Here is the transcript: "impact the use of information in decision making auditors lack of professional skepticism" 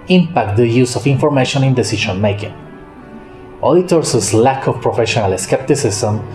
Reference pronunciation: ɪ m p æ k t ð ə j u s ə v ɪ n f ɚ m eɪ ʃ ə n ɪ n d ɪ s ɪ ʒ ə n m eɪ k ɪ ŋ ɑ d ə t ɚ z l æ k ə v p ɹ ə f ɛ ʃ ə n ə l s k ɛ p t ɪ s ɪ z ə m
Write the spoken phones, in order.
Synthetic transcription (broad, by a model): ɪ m p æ k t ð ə j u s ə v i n f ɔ m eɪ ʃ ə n ɪ n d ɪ s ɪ ʃ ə n m eɪ k ɪ ŋ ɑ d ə t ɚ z l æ k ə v p ɹ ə f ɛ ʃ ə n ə l s k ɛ p t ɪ s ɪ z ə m